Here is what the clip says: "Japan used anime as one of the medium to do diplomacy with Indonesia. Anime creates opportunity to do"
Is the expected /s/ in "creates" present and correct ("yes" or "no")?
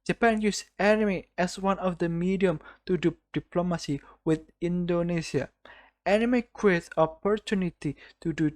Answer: no